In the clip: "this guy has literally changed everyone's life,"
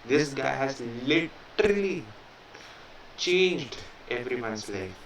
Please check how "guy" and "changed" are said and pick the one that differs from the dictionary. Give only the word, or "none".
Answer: none